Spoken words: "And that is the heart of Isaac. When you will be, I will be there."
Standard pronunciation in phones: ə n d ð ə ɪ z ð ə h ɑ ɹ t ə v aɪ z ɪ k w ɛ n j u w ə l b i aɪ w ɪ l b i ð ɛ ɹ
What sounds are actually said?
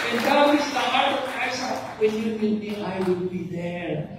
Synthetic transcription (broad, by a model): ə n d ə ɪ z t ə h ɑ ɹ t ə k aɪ s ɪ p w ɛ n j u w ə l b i aɪ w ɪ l b i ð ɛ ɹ